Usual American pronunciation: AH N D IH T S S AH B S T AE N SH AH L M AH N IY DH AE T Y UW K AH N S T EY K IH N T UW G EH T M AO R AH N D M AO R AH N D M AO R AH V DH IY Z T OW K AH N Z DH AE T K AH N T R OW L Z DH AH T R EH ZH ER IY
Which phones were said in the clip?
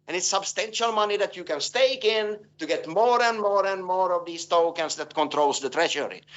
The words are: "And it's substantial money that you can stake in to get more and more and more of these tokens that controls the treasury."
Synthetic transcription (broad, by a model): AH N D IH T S S AH B S T AE N SH AH L M AH N IY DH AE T Y UW K AH N S T EY K IH N T UW G EH T M AO R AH N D M AO R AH N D M AO R AH V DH IY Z T OW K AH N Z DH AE T K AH N T R OW L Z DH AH T R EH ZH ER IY